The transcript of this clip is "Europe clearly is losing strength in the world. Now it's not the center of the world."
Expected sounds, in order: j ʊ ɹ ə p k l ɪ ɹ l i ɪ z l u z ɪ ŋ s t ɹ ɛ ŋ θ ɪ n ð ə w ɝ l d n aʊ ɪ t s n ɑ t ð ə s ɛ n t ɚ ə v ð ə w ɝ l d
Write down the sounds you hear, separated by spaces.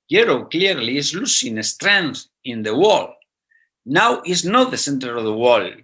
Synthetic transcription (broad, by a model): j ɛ ɹ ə k l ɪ ɹ l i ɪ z l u s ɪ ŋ s t ɹ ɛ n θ ɪ n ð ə w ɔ l n aʊ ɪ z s n ɑ t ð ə s ɛ n t ɚ ə v ð ə w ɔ l